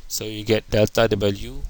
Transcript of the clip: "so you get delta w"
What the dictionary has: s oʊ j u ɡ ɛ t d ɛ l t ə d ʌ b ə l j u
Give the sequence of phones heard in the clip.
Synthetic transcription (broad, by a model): s oʊ j u ɡ ɛ t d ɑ t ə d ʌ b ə l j u